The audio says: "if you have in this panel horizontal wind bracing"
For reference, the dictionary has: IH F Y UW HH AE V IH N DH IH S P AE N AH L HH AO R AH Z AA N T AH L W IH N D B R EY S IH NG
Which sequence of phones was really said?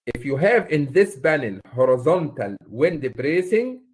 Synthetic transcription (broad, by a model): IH F Y UW HH AE V IH N DH IH S B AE N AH L HH AO R AH Z AA N T AH L W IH N D B R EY S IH NG